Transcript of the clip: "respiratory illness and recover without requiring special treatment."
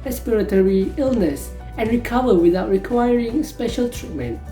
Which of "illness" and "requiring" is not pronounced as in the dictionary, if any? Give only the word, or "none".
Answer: none